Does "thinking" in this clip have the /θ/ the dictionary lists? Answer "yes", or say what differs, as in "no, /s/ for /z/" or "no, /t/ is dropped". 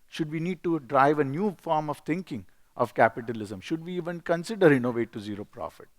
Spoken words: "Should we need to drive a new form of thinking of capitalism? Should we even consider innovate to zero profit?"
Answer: no, /t/ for /θ/